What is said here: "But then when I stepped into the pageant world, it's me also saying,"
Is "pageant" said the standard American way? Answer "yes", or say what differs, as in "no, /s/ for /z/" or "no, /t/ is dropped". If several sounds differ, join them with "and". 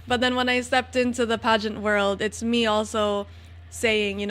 yes